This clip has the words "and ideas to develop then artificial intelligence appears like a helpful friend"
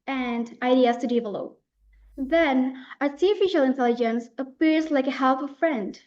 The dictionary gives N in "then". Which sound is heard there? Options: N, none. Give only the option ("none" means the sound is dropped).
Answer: N